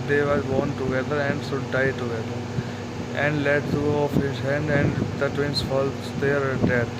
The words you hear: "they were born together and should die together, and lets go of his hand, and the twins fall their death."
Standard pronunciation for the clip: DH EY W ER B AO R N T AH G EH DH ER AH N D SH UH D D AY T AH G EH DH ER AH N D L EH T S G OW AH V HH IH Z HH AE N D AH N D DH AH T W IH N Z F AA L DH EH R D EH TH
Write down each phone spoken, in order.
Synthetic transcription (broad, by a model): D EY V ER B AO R N T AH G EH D ER AH N D S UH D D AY T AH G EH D ER AH N D L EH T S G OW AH F HH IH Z HH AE N D AH N D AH T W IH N S F AA L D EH R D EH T